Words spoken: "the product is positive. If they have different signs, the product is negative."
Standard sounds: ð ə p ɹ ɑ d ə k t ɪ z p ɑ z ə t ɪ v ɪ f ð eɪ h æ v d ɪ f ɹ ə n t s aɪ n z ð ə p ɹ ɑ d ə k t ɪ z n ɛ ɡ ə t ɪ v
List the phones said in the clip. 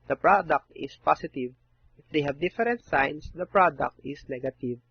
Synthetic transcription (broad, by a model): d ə p ɹ ɑ d ə k t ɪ s p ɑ s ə t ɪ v ɪ f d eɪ h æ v d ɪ f ɹ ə n t s aɪ n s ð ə p ɹ ɑ d ə k t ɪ s n ɛ ɡ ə t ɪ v